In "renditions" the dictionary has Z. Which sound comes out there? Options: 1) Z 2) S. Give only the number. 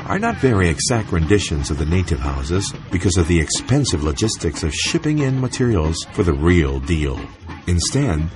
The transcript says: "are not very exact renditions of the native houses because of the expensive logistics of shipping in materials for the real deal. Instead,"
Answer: 1